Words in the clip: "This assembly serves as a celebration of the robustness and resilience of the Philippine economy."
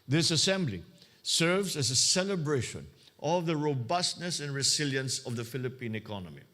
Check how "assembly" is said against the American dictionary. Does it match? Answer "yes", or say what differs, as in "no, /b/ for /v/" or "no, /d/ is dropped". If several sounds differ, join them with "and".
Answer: yes